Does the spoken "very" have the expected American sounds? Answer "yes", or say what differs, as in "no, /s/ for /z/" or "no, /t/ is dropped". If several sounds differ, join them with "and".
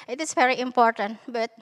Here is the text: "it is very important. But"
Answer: yes